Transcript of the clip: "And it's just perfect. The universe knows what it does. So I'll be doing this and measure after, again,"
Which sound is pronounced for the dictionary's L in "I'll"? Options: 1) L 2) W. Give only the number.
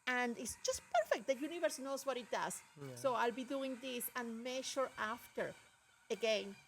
1